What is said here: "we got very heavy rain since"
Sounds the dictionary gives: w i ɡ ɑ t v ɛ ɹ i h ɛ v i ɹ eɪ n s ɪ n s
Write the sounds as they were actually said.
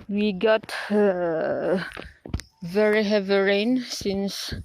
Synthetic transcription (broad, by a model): w i ɡ ɑ t v ɛ ɹ i h ɛ v i ɹ eɪ n s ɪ n s